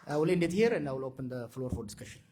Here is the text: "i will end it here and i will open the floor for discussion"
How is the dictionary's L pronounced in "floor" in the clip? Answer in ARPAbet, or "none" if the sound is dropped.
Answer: L